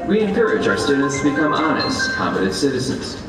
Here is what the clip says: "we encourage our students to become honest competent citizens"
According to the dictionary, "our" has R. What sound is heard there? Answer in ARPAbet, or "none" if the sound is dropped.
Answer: R